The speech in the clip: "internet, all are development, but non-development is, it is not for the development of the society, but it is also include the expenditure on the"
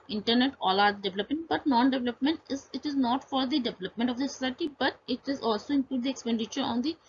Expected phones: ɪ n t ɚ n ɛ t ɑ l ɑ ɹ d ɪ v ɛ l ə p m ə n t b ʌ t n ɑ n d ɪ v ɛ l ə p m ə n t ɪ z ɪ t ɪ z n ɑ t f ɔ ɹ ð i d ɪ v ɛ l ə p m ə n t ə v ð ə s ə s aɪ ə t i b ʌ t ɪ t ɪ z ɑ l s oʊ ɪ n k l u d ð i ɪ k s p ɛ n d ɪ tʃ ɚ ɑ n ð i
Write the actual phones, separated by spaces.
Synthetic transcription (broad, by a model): ɪ n t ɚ n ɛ t ɑ l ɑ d d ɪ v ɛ l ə p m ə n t b ʌ t n ɑ n d ɪ v ɛ l ə p m ə n t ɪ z ɪ t ɪ z n ɑ t f ɔ ɹ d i d ɪ v ɛ l ə p m ə n t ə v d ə s ə s aɪ ə t i b ʌ t ɪ t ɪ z ɑ l s oʊ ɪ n k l u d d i ɪ k s p ɛ n d ɪ tʃ ɚ ɑ n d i